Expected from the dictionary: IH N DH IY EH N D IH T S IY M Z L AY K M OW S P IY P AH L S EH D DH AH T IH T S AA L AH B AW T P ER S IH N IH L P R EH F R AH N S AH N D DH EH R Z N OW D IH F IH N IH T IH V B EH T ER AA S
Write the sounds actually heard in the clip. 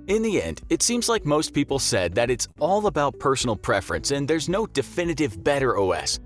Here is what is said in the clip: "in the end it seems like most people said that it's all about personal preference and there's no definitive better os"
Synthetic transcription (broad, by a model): IH N DH IY EH N D IH T S IY M Z L AY K M OW S P IY P L S EH D DH AH T IH T S AA L AH B AW T P ER S N L P R EH F R AH N S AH N DH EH R Z N OW D IH F IH N IH T IH V B EH T ER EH S